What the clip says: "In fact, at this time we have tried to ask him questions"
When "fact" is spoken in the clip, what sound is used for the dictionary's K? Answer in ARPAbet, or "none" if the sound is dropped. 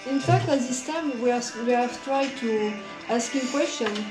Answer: K